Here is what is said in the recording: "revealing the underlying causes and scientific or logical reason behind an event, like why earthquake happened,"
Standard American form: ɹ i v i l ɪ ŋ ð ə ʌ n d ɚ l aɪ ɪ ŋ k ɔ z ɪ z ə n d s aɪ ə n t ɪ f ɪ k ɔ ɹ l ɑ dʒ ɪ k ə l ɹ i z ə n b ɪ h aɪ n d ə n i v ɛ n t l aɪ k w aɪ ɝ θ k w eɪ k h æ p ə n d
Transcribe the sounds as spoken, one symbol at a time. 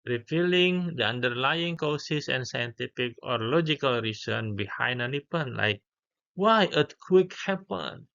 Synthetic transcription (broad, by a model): ɹ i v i l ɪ ŋ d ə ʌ n d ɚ l aɪ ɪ ŋ k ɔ s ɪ s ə n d s aɪ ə n t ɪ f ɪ k ɔ ɹ l ɑ dʒ ɪ k ə l ɹ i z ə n b ɪ h aɪ n d ə n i p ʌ n l aɪ k w aɪ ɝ t k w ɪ k h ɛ p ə n